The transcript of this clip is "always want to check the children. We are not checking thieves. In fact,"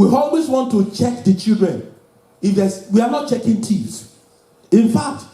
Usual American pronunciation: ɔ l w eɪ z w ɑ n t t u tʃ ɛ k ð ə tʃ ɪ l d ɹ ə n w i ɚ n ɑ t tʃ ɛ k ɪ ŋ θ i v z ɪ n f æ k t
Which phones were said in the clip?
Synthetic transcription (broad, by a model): ɔ l w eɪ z w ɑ n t t u tʃ ɛ k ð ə tʃ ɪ l d ɹ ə n w i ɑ n ɑ t tʃ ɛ k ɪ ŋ t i z ɪ n f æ k t